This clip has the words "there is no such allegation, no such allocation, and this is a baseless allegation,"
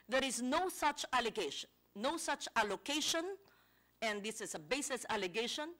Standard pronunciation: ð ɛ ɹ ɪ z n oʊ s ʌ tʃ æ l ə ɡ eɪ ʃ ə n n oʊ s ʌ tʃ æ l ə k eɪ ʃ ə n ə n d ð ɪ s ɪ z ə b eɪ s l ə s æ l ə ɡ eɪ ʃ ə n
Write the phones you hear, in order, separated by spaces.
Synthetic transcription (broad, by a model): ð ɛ ɹ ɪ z n oʊ s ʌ tʃ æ l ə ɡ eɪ ʃ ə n n oʊ s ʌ tʃ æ l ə k eɪ ʃ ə n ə n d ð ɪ s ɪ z ə b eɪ s ə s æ l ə ɡ eɪ ʃ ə n